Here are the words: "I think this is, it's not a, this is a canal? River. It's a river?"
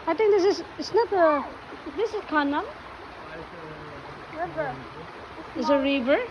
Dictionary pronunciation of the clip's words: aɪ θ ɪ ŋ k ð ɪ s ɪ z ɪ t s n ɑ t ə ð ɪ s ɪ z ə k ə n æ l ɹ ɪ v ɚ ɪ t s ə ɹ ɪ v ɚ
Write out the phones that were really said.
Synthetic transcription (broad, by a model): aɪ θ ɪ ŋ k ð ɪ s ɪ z ɪ t s n ɑ t ə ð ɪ s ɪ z k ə n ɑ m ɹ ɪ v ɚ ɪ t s ə ɹ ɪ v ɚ